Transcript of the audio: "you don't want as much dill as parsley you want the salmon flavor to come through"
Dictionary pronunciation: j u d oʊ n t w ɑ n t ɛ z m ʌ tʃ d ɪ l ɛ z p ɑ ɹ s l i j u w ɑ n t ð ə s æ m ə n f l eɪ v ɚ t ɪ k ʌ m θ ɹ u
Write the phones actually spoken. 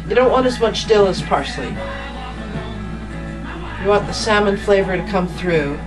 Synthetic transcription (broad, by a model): j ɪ d oʊ n t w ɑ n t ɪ z m ʌ tʃ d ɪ l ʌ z p ɑ ɹ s l i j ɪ w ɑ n ð ə s æ m ə n f l eɪ v ɚ t ɪ k ʌ m θ ɹ u